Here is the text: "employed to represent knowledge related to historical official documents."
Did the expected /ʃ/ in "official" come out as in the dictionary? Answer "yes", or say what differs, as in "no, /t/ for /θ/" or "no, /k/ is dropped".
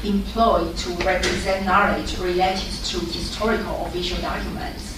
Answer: yes